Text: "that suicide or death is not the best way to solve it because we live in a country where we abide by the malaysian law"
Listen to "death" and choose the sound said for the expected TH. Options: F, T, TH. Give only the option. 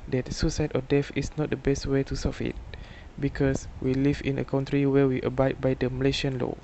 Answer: F